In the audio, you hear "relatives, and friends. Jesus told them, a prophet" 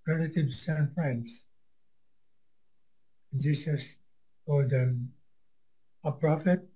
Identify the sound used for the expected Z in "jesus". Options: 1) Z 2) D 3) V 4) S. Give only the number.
4